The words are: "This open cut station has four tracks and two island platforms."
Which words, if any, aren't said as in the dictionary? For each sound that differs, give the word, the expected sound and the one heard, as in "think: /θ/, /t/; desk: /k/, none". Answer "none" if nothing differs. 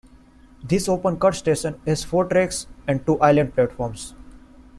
platforms: /z/, /s/